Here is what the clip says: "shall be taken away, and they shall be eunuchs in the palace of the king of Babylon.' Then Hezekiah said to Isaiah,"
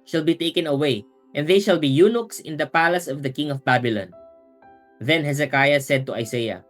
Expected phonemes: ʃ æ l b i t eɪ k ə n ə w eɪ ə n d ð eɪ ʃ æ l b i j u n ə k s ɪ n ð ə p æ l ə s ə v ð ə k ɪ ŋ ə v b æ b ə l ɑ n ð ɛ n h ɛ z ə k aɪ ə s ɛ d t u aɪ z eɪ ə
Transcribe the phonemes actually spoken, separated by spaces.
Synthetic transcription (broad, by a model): ʃ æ l b i t eɪ k ə n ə w eɪ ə n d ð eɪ ʃ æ l b i j u n ə k s ɪ n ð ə p æ l ə s ə v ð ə k ɪ ŋ ə v b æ b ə l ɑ n ð ɛ n h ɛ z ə k aɪ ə s ɛ d t u aɪ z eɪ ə